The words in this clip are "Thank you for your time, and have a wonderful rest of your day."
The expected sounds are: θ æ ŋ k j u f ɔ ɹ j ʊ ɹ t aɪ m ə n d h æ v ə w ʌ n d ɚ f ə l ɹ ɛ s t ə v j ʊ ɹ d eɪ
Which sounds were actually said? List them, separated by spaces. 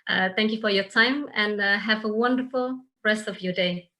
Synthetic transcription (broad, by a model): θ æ ŋ k j u f ɔ ɹ j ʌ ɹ t aɪ m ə n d h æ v ə w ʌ n d ɚ f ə l ɹ ɛ s t ə v j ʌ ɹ d eɪ